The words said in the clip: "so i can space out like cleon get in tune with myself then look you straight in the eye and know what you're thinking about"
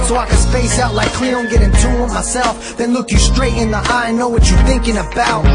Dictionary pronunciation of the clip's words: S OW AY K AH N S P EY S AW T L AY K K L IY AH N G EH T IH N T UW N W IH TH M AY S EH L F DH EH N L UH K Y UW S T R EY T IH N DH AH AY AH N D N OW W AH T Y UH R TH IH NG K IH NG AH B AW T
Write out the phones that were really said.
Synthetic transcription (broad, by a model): S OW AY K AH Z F EY S AW T L AY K K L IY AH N G EH T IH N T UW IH M AY S EH L F DH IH N L UH K Y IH S T R EY T IH N DH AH AY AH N N OW W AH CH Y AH R TH IH NG K IH NG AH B AW T